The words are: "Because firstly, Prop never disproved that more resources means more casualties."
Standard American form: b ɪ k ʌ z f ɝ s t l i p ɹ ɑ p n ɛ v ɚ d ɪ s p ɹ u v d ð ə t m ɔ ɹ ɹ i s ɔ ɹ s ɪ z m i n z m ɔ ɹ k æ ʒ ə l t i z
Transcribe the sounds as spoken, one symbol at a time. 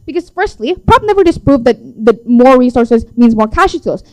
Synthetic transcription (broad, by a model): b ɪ k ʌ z f ɝ s t l i p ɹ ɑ b n ɛ v ɚ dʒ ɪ s p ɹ u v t ð ə t m ɔ ɹ ɹ i s ɔ ɹ s ɪ z m i n z m ɔ ɹ k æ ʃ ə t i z